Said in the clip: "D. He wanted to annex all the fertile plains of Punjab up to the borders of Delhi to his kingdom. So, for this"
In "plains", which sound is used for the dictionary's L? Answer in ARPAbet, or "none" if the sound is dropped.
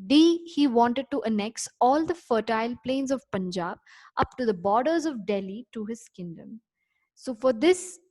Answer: L